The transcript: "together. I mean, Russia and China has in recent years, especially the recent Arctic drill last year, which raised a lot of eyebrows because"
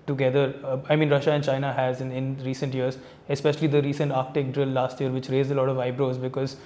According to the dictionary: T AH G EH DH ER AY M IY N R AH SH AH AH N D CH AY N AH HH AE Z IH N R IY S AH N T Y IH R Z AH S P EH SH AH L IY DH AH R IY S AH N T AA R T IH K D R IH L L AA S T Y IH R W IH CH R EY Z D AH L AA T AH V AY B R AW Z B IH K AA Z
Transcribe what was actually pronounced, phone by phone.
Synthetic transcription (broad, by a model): T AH G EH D ER AY M IY N R AH SH AH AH N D CH AY N AH HH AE Z IH N R IY S AH N T Y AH R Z AH S P EH SH AH L IY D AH R IY S AH N T AA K T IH K D R IH L L AA S T Y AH R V IH CH R EY Z AH L AA T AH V AY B R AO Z B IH K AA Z